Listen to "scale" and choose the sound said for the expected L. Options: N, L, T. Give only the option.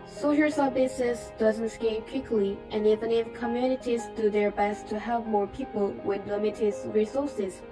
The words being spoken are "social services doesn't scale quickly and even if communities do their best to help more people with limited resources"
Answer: N